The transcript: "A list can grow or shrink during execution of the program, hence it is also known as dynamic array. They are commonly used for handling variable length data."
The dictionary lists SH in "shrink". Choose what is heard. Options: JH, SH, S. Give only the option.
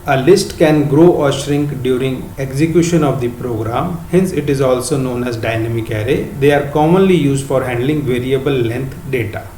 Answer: SH